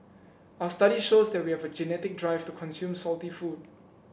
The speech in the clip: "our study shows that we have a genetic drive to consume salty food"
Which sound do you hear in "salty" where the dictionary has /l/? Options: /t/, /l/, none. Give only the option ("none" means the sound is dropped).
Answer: /l/